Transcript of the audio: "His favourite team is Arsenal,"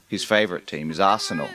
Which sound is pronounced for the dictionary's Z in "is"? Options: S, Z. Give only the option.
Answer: Z